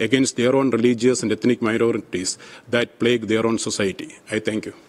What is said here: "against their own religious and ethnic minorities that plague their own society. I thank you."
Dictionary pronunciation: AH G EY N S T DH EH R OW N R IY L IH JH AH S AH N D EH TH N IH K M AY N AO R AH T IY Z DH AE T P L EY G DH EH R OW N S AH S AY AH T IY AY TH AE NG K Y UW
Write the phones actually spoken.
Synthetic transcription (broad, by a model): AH G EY N S T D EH R OW N R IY L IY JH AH S AH N D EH T N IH K M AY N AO R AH T IY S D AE T P L EY G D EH R OW N S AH S AY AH T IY AY T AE NG K Y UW